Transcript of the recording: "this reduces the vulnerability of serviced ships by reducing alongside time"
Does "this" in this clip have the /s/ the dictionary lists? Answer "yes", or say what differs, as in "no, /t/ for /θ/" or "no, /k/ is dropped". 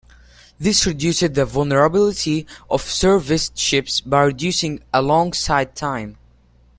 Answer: yes